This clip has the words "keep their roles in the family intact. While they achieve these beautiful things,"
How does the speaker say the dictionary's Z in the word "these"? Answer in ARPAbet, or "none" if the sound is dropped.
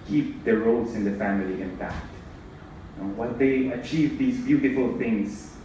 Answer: Z